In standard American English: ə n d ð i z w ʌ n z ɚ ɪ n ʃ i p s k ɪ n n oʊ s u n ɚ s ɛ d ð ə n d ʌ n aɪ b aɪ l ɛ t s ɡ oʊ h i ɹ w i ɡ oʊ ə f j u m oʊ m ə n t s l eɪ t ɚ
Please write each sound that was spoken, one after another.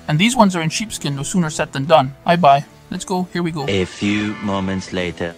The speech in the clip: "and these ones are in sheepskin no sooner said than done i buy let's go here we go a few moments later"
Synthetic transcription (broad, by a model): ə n ð i z w ʌ n z ɚ ɪ n ʃ i p s k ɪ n n oʊ s u n ɚ s ɛ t ð ə n d ʌ n aɪ b aɪ l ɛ t s ɡ oʊ h i ɹ w i ɡ oʊ ə f j u m oʊ m ə n t s l eɪ t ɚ